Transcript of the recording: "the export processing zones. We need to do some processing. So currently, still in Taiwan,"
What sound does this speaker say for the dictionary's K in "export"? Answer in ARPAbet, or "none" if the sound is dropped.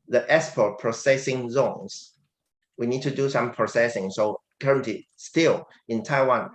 none